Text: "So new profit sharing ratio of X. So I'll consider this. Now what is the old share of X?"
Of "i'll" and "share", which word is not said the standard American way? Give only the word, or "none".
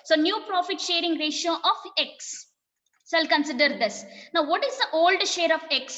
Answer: none